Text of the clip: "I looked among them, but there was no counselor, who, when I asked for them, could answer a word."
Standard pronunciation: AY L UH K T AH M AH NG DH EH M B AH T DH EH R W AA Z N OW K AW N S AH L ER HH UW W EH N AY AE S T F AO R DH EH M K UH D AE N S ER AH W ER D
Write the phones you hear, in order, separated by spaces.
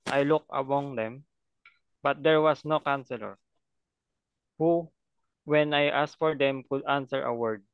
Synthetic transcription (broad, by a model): AY L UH K AH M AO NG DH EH M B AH T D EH R W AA S N OW K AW N S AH L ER HH UW W EH N AY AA S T F AO R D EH M K UH D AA N S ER AH W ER D